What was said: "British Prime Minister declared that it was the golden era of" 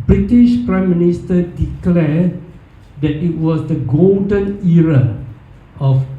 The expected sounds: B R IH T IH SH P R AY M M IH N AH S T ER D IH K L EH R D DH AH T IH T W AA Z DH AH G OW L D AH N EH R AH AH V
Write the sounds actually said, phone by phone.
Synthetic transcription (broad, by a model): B R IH T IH SH P R AY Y M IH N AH S T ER D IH K L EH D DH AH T IH T W AA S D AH G OW L D AH N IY R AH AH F